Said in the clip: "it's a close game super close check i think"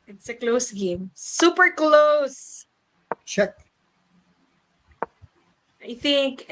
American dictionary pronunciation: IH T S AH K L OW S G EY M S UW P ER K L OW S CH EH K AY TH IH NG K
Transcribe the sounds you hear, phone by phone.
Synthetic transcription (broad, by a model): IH T S AH K L OW S G EY M S UW P ER K L OW S SH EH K AY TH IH NG K